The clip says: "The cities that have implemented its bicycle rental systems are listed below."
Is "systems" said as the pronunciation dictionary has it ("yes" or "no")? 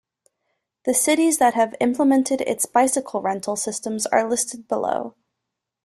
yes